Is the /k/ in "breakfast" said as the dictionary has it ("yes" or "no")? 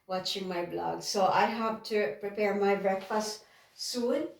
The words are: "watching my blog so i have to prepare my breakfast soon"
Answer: yes